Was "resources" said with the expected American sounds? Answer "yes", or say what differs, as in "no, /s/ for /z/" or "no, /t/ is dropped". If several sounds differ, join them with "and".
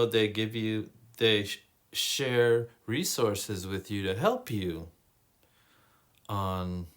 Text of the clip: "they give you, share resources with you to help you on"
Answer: yes